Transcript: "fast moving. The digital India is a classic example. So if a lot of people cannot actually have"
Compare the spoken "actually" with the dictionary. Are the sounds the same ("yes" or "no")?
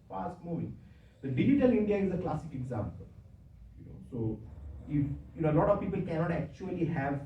yes